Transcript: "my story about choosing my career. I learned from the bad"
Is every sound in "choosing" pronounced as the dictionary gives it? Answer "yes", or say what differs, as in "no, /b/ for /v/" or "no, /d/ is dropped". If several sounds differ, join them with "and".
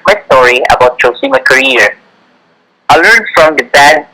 no, /s/ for /z/